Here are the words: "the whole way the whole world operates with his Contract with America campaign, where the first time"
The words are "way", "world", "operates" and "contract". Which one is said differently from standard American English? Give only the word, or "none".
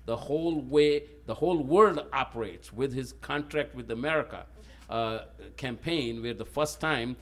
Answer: none